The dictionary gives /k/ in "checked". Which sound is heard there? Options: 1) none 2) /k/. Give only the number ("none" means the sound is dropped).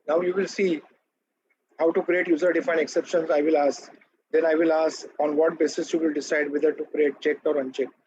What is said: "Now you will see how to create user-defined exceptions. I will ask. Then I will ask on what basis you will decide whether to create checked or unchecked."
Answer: 2